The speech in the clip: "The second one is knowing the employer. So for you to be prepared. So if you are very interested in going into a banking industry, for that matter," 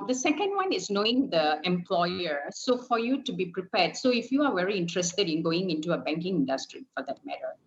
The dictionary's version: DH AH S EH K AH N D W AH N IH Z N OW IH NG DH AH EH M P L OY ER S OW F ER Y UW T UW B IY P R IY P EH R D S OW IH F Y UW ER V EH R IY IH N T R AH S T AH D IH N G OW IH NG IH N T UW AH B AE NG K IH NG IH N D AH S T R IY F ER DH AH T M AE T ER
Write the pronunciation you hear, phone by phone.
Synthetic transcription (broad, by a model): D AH S EH K AH N D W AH N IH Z N OW IH NG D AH EH M P L OY ER S OW F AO Y UW T UW B IY P R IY P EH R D S OW IH F Y UW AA V EH R IY IH N T R AH S T AH D IH N G OW IH NG IH N T UW AH B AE NG K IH NG IH N D AH S T R IY F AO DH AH T M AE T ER